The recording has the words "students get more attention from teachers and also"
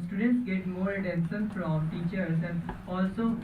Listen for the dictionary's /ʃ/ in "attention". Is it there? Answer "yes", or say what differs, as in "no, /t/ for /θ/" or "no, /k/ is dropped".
no, /s/ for /ʃ/